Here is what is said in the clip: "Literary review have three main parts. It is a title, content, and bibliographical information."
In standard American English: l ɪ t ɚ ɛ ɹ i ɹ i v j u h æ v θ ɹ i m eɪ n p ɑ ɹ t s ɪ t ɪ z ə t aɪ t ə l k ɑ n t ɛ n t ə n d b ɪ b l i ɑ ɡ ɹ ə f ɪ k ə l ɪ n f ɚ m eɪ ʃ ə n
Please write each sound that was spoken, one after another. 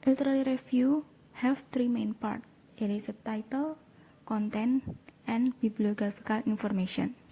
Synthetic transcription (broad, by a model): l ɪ t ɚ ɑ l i ɹ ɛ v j u h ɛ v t ɹ i m eɪ n p ɑ ɹ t ɪ t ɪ s ə t aɪ t ə l k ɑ n t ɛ n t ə n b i b l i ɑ ɡ ɹ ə f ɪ k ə l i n f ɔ m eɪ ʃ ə n